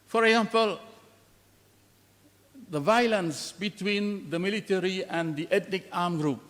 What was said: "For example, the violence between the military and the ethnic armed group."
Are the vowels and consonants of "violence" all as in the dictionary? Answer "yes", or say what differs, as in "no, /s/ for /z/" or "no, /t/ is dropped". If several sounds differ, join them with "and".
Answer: yes